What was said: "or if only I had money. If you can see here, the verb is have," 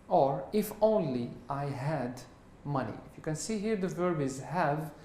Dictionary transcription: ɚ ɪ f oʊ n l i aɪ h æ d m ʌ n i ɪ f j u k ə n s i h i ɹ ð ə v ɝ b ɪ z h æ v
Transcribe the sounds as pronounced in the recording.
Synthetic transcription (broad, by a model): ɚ ɪ f oʊ n l i aɪ h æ d m ʌ n i ɪ f j u k ə n s i h i ɹ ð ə v ɝ b ɪ z h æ v